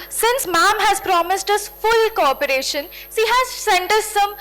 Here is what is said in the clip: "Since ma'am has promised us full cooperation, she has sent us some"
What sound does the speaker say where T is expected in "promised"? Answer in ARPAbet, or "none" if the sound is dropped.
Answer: T